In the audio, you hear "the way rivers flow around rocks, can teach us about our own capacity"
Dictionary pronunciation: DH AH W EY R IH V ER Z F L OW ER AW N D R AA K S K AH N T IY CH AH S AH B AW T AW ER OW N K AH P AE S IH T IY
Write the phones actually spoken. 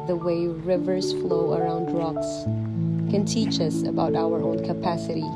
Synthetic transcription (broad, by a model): DH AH W EY R IH V ER Z F L OW ER AW N D R AA K S K AH N T IY CH AH S AH B AW T AW ER OW N K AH P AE S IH T IY